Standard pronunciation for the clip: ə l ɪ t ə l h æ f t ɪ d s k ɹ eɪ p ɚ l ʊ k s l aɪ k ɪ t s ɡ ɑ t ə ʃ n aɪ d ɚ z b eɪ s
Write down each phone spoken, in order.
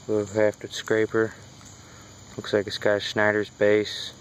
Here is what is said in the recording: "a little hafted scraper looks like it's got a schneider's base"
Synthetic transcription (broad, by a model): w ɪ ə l h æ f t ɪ s k ɹ eɪ p ɚ l ʊ k s l aɪ k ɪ s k ɑ ə s n aɪ d ɚ z b eɪ s